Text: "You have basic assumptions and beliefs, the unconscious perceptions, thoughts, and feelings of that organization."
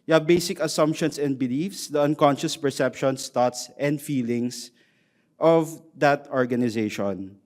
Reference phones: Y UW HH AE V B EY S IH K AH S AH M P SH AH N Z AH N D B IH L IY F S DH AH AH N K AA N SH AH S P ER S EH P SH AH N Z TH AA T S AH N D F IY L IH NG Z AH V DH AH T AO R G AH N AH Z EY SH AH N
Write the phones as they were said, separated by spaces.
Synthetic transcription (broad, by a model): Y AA B EY S IH K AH S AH M P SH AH N S AH N D B IH L IY F S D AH AH N K AA N SH AH S P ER S EH P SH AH N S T AA T S AH N D F IY L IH NG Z AH V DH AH T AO R G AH N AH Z EY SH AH N